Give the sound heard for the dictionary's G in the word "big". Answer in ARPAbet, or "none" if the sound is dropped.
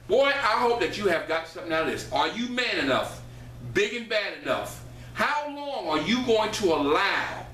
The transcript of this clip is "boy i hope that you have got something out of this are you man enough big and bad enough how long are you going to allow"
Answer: G